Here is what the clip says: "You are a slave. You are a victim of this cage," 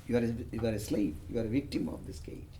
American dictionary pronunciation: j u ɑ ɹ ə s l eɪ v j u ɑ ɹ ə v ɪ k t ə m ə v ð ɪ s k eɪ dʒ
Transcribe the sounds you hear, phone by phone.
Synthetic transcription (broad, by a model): j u ɑ ɹ ə s l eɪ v j u ɑ ɹ ə v ɪ k t ə m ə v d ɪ s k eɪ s